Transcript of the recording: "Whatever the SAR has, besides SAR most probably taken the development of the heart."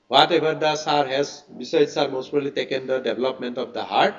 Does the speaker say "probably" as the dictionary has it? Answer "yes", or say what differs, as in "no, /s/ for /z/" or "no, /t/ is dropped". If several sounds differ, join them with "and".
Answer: no, /ɹ/ is dropped and /b/ is dropped